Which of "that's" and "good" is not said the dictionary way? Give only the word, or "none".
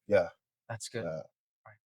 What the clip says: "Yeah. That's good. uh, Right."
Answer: good